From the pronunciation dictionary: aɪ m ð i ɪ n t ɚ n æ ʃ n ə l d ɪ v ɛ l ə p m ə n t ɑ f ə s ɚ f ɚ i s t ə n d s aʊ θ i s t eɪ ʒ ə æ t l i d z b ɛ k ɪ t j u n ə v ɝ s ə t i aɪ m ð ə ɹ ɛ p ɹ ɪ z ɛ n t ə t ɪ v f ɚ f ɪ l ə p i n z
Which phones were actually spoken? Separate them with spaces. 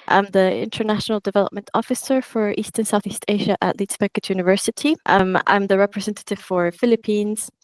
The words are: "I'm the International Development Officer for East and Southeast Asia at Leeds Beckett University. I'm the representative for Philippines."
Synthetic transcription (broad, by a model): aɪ m ð i ɪ n t ɚ n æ ʃ n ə l d ɪ v ɛ l ə p m ə n t ɑ f ə s ɚ f ɚ i s t ə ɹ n s aʊ θ i s t eɪ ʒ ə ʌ t l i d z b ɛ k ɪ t j u n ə v ɝ s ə t i aɪ m ð ə ɹ ɛ p ɹ ɪ z ɛ n t ə t ɪ v f ɚ f ɪ l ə p i n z